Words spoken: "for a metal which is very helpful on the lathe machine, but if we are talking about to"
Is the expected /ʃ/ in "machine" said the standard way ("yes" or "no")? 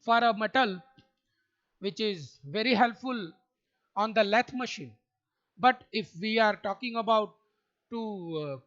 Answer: yes